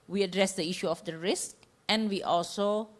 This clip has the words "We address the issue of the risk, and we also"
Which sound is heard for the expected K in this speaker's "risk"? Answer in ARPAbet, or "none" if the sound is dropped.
K